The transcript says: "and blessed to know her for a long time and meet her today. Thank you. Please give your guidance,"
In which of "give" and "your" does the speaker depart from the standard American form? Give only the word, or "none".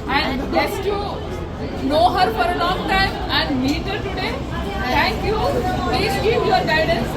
give